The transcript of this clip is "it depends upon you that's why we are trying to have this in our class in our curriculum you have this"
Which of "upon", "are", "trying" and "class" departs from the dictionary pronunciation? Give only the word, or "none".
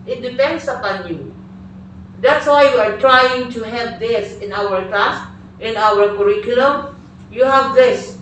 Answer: class